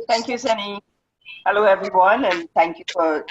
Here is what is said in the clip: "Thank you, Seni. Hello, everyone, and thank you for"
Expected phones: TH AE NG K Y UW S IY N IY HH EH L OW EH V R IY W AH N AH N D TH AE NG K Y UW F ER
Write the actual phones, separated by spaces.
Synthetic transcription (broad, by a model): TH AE NG K Y UW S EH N IY HH EH L OW EH V R IY W AH N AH N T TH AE NG K Y UW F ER